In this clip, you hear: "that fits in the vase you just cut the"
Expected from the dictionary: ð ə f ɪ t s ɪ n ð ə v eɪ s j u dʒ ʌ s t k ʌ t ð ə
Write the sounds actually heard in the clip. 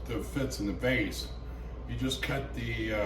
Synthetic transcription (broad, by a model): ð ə f ɪ t s ɪ n ð ə b eɪ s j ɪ dʒ ʌ s k ʌ t ð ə